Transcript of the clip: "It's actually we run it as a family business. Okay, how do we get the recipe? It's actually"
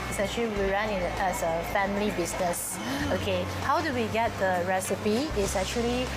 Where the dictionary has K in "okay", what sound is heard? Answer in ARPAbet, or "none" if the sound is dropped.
K